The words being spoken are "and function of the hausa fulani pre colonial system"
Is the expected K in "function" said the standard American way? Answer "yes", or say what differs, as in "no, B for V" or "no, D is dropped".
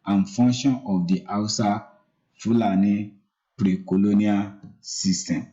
no, K is dropped